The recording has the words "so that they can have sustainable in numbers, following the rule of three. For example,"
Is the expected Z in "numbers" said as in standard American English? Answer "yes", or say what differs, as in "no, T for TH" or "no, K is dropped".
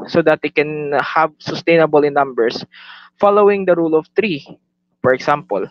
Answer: no, S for Z